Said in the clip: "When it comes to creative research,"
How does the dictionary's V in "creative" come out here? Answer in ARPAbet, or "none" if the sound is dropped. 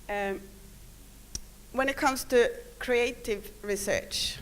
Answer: V